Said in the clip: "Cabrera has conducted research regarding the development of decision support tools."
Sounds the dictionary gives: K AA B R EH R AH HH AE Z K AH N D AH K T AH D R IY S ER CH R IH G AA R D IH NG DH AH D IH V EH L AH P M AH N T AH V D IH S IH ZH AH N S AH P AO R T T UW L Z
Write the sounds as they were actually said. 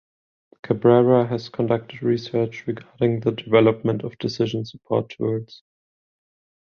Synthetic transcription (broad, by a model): K AA B R EH R AH HH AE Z K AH N D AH K T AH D R IY S ER CH R IH G AA R D IH NG DH AH D IH V EH L AH P M AH N T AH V D IH S IH ZH AH N S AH P AO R T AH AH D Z